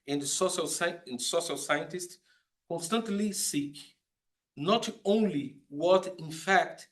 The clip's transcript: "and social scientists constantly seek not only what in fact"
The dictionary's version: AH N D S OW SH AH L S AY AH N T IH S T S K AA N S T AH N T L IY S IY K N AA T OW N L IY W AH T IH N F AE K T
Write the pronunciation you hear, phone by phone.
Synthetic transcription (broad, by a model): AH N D S OW SH AH L S AY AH N T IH S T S K AA N S T AH N T L IY S IY K N AA T OW N L IY W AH T IH N F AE K T